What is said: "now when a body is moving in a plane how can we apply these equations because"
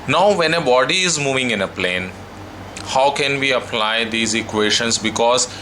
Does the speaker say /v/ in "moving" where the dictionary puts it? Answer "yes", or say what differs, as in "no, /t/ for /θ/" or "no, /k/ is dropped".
yes